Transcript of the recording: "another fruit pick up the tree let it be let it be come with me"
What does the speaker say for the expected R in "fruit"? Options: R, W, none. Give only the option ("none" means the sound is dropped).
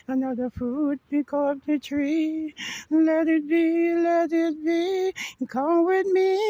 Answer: none